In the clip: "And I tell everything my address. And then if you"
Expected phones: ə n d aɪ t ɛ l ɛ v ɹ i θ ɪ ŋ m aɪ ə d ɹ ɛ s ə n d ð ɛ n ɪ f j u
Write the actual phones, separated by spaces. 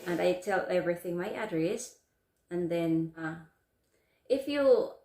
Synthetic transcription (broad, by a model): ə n aɪ t ɛ l ɛ v ɹ i θ ɪ ŋ m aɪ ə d ɹ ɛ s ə n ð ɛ n ɪ f j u